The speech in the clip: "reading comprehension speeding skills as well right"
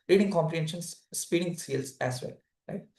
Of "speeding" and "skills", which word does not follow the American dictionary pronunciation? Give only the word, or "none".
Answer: skills